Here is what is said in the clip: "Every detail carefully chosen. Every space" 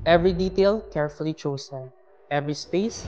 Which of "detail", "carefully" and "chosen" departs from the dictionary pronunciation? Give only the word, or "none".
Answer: chosen